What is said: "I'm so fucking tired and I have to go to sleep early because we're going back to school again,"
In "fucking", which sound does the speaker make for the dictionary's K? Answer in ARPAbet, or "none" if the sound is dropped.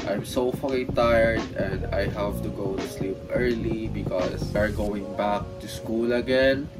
none